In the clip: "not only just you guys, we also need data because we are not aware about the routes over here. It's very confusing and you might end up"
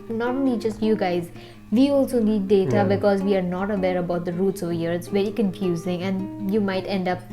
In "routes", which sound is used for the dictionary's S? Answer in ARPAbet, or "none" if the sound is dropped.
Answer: S